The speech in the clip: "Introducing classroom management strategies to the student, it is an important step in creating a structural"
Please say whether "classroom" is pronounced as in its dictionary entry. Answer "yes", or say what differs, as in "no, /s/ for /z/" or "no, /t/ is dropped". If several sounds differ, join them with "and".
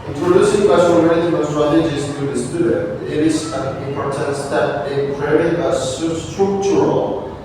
no, /ɹ/ is dropped